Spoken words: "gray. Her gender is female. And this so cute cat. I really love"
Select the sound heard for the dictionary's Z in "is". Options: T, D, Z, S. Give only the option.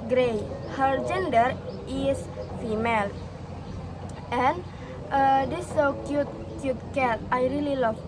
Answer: S